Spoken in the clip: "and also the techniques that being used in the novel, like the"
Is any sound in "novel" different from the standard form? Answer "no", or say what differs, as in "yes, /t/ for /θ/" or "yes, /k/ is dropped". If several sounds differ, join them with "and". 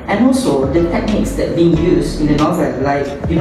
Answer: no